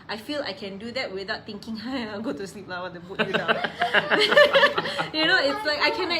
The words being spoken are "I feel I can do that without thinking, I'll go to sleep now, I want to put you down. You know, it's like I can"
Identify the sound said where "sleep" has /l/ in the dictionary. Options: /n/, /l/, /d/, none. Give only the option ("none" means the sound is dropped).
/l/